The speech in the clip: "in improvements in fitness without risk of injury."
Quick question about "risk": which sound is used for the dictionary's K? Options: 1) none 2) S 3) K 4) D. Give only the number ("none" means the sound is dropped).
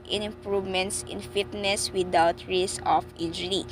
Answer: 1